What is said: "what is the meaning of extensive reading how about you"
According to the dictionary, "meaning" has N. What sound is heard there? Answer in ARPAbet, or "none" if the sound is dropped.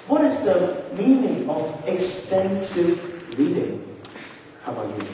N